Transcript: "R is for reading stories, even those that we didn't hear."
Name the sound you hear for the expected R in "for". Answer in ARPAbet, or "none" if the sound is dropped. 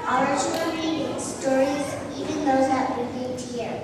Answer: L